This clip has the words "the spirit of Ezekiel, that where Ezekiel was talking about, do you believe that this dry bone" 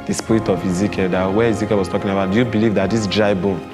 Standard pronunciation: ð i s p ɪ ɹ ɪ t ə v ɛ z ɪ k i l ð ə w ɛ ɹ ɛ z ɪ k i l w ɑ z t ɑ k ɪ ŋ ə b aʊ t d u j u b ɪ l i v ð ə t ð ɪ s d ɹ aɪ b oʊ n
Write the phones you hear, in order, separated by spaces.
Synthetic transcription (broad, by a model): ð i s p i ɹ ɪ t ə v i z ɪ k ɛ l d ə w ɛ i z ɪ k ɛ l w ɑ s t ɑ k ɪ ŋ ə b aʊ t d u j u b ɪ l i v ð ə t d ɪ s d ɹ aɪ b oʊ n